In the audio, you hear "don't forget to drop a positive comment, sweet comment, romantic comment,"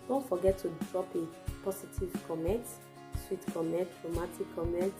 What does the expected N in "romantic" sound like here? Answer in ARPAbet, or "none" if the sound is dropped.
none